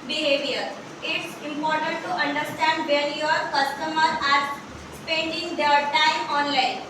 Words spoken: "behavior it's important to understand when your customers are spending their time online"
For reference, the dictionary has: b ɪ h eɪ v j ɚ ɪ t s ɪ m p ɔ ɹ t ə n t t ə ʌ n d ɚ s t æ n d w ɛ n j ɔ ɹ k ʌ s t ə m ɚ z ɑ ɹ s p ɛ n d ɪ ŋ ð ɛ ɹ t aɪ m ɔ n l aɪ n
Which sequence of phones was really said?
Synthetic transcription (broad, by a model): b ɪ h eɪ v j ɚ ɪ t s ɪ m p ɔ ɹ t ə n t t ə ʌ n d ɚ s t æ n d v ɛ l j ɔ ɹ k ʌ s t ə m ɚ ɑ ɹ s p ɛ n d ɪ ŋ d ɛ ɹ t aɪ m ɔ n l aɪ n